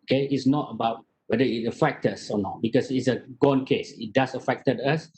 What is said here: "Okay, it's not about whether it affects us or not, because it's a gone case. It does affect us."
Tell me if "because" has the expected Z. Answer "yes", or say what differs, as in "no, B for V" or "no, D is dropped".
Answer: no, S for Z